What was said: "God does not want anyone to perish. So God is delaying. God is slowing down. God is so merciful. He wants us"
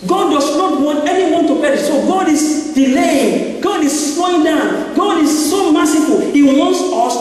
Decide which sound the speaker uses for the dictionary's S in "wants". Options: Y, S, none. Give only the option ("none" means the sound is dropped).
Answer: S